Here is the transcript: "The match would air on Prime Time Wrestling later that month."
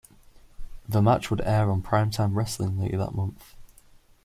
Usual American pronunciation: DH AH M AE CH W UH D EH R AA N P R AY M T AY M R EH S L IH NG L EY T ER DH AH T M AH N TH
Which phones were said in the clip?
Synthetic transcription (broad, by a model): DH AH M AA CH W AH D EH R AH N P R AY M T AY M R EH S L IH NG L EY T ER DH AH T M AH N TH